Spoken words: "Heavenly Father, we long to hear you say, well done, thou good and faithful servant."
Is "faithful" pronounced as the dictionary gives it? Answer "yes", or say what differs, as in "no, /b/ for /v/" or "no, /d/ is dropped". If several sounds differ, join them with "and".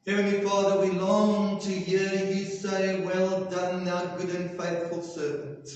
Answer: yes